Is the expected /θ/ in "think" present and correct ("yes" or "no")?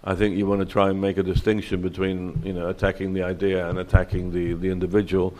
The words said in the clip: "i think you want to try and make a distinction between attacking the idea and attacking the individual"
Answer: yes